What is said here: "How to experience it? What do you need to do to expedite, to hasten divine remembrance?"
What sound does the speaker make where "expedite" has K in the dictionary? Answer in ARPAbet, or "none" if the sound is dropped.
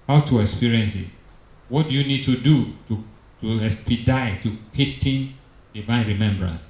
none